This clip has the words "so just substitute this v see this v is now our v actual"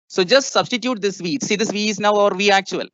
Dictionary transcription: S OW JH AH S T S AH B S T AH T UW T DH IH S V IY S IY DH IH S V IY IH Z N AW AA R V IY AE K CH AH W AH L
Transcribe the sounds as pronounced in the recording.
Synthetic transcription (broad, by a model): S OW JH AH S T S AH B S T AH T UW T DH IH S V IY S IY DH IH S V IY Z N AW AA R V IY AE K CH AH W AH L